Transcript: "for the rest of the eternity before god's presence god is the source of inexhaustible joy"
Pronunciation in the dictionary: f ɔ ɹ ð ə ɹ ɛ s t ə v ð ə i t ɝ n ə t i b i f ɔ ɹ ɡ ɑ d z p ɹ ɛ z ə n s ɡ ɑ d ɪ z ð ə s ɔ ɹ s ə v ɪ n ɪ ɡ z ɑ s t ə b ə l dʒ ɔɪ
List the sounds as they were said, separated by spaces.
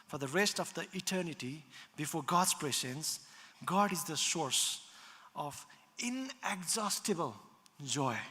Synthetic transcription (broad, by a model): f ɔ ɹ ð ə ɹ ɛ s t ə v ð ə i t ɝ n ə t i b i f ɔ ɹ ɡ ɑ d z p ɹ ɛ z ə n s ɡ ɑ d ɪ z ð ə s ɔ ɹ s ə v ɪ n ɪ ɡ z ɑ s t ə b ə l dʒ ɔɪ